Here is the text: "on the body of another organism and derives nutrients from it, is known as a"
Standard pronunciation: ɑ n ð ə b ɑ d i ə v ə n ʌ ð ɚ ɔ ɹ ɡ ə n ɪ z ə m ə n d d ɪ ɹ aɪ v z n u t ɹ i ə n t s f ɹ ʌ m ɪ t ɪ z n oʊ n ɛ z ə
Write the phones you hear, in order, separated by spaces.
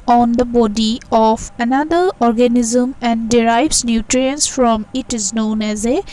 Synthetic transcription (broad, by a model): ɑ n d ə b ɑ d i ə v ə n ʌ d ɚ ɔ ɹ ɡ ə n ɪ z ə m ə n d d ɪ ɹ aɪ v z n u t ɹ i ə n s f ɹ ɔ m ɪ t ɪ z n oʊ n ɛ z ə